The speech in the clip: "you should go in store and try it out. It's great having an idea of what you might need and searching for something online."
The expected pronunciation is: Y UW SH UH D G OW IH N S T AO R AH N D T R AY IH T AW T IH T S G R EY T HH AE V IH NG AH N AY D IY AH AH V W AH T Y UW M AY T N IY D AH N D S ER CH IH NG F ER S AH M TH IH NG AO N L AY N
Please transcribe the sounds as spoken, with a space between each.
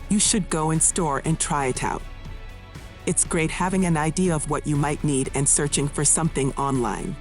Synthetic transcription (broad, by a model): Y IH SH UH D G OW IH N S T AO R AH N T R AY IH T AW T IH T S G R EY T HH AE V IH NG AH N AY D IY AH AH V W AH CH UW M AY T N IY D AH N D S ER CH IH NG F ER S AH M TH IH NG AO N L AY N